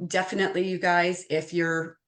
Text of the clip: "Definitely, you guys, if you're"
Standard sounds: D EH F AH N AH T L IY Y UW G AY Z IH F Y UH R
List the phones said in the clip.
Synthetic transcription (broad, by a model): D EH F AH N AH T L IY Y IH G AY Z IH F Y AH R